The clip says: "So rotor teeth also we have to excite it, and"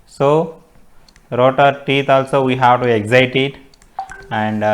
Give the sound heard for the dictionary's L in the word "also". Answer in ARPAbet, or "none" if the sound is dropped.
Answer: L